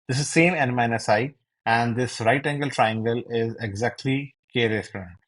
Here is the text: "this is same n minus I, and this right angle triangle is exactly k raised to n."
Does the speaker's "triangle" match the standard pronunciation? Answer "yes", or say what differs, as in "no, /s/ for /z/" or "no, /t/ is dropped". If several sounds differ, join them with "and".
yes